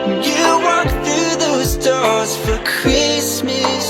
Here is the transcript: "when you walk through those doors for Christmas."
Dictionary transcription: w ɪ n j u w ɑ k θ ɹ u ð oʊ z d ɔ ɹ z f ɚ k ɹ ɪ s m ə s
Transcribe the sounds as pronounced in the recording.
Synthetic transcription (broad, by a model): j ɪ w ɑ k θ ɹ u ð oʊ z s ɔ ɹ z f ɚ k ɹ ɪ s m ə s